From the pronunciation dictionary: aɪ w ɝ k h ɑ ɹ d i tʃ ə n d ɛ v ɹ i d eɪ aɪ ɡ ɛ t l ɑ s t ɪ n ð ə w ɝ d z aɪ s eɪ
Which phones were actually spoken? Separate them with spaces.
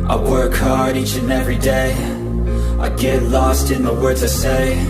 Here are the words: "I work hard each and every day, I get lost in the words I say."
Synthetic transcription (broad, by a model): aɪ w ɝ k h ɑ ɹ d i tʃ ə n ɛ v ɹ i d eɪ aɪ ɡ ɛ t l ɑ s t ɪ n ð ə w ɝ d z aɪ s eɪ